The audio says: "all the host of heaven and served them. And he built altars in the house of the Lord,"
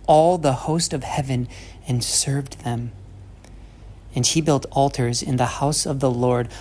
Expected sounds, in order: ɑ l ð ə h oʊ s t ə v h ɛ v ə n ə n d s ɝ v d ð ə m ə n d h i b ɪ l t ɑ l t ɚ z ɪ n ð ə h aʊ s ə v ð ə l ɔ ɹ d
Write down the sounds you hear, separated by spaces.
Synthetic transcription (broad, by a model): ɑ l ð ə h oʊ s t ə v h ɛ v ə n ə n s ɝ v ð ə m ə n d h i b ɪ l t ɑ l t ɚ z ɪ n ð ə h aʊ s ə v ð ə l ɔ ɹ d